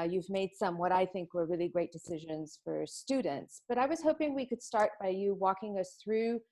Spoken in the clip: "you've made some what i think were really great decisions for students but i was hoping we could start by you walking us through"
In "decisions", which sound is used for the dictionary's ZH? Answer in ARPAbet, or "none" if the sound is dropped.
ZH